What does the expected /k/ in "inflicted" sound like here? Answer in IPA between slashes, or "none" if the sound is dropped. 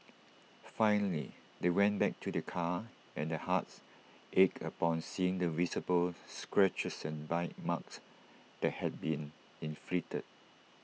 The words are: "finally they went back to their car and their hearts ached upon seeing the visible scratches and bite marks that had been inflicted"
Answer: none